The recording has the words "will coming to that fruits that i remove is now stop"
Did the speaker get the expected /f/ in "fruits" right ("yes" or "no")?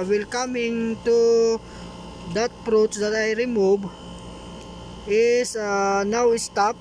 no